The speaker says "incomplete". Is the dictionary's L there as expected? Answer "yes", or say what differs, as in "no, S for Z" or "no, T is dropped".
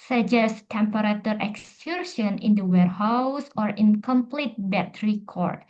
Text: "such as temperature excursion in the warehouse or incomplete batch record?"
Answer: yes